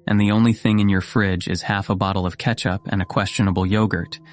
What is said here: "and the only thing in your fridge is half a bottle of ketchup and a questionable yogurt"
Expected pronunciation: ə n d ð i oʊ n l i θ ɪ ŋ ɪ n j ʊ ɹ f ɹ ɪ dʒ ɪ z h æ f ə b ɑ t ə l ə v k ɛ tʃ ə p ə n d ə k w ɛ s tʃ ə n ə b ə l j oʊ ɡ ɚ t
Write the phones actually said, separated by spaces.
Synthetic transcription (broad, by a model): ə n ð i oʊ n l i θ ɪ ŋ ɪ n j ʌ ɹ f ɹ ɪ dʒ ɪ z h æ f ə b ɑ t l ə v k ɛ tʃ ə p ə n ə k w ɛ s tʃ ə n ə b l j oʊ ɡ ɚ t